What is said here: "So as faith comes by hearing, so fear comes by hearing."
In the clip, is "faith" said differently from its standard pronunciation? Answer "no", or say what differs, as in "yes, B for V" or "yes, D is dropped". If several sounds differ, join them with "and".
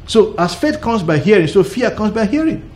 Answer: yes, T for TH